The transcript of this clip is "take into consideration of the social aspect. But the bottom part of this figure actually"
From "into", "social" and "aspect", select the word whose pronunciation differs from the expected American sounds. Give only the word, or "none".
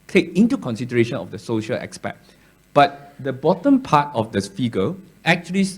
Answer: aspect